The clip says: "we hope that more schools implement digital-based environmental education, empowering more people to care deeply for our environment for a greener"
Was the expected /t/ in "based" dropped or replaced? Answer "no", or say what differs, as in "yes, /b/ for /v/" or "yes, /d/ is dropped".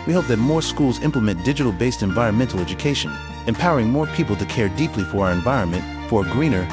no